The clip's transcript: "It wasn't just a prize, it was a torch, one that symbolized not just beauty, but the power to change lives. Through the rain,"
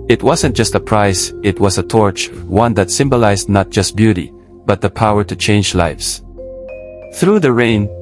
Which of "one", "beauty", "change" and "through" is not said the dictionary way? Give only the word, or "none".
none